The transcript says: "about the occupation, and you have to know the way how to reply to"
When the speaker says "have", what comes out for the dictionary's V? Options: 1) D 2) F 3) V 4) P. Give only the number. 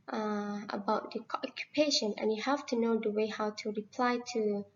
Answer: 2